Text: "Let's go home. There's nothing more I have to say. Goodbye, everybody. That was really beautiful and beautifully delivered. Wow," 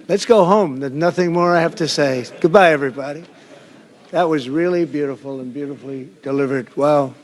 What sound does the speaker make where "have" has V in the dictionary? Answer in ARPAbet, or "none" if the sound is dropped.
F